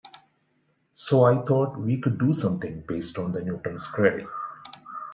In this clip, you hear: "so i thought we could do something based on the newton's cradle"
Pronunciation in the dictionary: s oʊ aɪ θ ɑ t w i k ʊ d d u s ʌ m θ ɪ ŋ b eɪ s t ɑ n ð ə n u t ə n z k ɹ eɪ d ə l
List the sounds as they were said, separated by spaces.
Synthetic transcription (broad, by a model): s oʊ aɪ t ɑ t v i k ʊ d d u s ʌ m t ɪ ŋ b eɪ s t ɑ n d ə n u t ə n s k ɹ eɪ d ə